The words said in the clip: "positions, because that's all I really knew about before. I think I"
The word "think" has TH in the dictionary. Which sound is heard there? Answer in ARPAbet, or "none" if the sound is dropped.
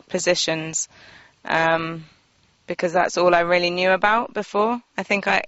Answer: TH